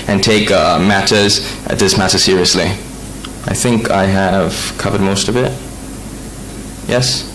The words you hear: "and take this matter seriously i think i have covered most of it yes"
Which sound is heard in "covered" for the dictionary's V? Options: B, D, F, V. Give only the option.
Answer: V